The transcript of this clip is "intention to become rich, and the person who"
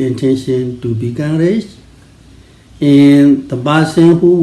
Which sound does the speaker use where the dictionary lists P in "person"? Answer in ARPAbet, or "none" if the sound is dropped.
B